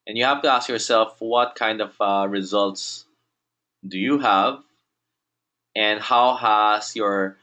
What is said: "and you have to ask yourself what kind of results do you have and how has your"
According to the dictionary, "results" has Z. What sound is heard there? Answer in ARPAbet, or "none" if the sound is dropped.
Z